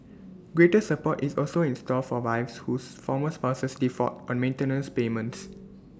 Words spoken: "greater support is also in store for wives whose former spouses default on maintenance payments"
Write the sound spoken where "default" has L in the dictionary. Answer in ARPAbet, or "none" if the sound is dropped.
none